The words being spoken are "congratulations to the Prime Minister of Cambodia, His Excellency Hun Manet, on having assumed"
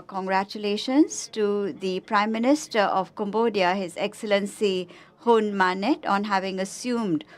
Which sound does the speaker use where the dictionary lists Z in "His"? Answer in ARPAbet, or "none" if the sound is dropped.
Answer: Z